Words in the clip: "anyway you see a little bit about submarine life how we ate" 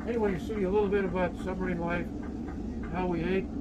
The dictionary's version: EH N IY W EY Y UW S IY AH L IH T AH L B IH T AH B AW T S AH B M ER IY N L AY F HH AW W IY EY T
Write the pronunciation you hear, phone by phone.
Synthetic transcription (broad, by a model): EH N IY W EY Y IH S IY AH L IH T L B IH T AH B AW T S AH M ER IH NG L AY F HH AW W IY EY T